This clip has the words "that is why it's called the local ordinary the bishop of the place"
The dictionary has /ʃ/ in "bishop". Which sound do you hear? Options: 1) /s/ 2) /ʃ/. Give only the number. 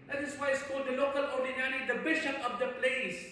2